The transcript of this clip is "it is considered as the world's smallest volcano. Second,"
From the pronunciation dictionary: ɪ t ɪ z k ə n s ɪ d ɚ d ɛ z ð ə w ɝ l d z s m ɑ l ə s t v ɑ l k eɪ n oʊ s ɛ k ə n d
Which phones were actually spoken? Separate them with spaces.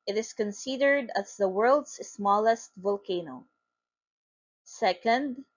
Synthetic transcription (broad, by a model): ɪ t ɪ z k ə n s ɪ d ɚ d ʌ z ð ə w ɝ l d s s m ɑ l ə s t v ɑ l k eɪ n oʊ s ɛ k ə n d